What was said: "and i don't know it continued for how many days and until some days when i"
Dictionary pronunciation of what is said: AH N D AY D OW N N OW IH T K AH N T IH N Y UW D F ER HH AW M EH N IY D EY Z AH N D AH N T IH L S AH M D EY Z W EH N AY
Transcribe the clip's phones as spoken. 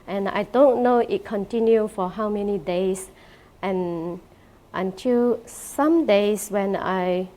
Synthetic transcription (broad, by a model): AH N AY D OW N N OW IH T K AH N T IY N Y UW F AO HH AW M EH N IY D EY S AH N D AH N T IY L S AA M D EY S W EH N AY